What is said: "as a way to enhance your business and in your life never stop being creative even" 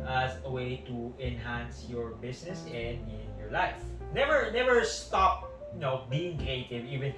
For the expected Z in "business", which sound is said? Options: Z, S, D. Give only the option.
S